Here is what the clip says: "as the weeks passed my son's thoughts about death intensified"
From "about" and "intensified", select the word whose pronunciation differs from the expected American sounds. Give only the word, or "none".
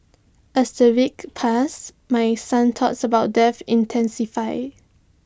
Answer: intensified